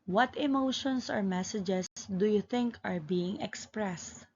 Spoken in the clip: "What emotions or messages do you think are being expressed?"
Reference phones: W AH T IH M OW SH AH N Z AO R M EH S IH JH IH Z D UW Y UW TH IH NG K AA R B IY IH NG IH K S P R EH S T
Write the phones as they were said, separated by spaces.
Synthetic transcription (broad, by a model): W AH T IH M OW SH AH N S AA R M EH S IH JH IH S D UW Y UW TH IH NG K AA R B IY IH NG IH K S P R EH S T